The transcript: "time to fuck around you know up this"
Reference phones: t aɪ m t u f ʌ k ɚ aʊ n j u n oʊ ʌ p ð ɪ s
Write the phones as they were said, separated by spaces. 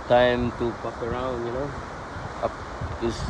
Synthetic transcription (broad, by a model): t aɪ m t u p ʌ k ɚ aʊ n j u n oʊ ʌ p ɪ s